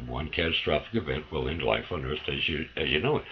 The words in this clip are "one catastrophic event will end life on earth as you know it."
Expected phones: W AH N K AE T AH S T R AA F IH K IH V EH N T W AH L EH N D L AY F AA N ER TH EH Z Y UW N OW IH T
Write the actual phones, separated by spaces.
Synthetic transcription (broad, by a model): W AH N K AE T AH S T R AA F IH K IH V EH N T W AH L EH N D L AY F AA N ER T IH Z Y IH N OW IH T